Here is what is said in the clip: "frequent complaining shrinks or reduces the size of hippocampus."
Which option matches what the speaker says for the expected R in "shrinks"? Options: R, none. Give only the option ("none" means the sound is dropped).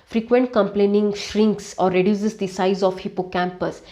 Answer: R